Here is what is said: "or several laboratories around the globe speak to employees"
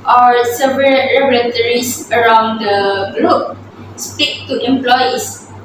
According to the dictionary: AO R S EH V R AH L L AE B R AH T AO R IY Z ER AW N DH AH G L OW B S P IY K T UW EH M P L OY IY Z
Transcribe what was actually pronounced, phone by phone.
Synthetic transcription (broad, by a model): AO R S EH V R AH L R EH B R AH T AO R IY S ER AW N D AH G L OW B S P IY K T UW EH M P L OY IY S